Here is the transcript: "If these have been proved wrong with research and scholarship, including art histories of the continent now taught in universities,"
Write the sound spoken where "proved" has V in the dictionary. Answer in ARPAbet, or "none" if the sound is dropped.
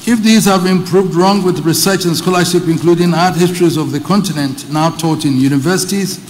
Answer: V